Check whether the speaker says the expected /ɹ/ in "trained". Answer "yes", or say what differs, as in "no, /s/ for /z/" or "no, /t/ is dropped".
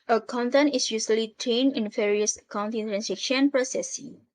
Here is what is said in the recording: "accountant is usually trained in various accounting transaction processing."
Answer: no, /ɹ/ is dropped